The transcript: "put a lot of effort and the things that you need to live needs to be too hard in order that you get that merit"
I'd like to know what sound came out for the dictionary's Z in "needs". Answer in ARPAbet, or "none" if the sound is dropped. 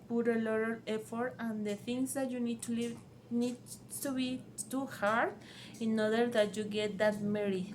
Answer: none